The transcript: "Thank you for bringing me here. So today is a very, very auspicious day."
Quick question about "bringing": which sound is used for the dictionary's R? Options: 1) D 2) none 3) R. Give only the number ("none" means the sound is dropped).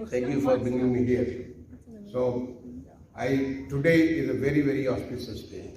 2